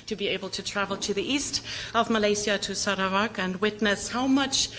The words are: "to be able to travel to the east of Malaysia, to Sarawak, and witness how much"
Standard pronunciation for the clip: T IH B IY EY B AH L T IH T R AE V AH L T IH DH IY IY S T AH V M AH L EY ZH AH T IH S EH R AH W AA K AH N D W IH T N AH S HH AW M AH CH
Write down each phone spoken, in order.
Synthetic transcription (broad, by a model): T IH B IY EY B AH L T IH T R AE V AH L T IH DH IY IY S T AH V M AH L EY S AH T IH S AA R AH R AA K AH N W IH T N AH S HH AW M AH CH